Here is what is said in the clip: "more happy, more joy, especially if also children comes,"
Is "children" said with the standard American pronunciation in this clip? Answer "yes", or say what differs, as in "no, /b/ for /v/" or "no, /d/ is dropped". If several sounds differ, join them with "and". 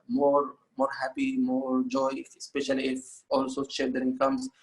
no, /l/ is dropped